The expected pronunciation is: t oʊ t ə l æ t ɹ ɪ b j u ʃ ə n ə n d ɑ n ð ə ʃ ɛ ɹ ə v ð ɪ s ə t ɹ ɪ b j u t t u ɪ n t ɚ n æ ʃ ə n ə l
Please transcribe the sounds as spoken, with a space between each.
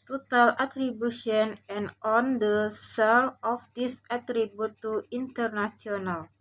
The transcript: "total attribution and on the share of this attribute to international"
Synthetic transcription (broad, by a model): t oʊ t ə l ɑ t ɹ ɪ b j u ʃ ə n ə n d ɑ n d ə s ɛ l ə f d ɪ s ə t ɹ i b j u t t u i n t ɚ n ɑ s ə n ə l